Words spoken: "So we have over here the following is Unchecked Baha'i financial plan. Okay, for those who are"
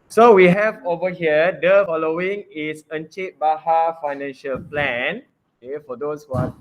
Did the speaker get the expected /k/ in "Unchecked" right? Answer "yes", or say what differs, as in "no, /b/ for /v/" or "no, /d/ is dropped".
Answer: no, /k/ is dropped